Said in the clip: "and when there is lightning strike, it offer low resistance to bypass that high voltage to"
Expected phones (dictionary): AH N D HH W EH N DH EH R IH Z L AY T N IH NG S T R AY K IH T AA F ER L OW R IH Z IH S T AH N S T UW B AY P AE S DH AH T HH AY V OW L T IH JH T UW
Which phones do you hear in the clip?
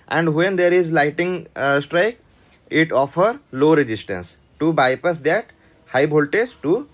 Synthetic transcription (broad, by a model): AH N D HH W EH N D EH R IH Z L AY T IH NG S T R AY K IH T AA F ER L OW R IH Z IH S T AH N S T UW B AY P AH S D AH T HH AY B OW L T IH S T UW